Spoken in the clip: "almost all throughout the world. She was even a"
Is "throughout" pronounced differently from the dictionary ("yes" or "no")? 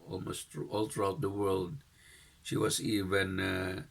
yes